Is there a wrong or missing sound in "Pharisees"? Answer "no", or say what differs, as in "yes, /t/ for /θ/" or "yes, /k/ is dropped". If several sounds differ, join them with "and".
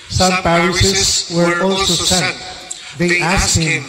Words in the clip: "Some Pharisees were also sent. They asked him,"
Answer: yes, /p/ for /f/ and /s/ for /z/